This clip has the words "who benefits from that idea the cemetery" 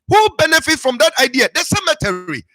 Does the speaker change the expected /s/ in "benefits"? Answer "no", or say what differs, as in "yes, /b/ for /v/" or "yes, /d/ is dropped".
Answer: yes, /s/ is dropped